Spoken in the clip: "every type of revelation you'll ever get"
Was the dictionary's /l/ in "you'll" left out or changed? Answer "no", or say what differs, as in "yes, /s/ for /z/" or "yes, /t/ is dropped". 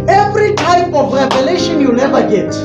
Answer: yes, /n/ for /l/